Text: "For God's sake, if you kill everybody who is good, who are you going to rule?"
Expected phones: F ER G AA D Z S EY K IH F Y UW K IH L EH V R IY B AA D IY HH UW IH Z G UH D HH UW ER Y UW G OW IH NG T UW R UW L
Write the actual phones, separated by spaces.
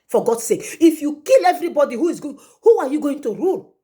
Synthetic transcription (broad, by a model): F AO G AA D S EY K IH F Y UW K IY L EH V R IY B AA D IY HH UW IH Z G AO HH UW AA Y UW G OW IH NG T UW R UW L